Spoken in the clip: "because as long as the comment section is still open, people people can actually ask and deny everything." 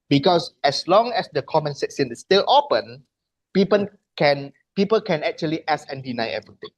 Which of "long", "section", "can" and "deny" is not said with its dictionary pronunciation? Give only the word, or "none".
section